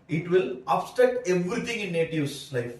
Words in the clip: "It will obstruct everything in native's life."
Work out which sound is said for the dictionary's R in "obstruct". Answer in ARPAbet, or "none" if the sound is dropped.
none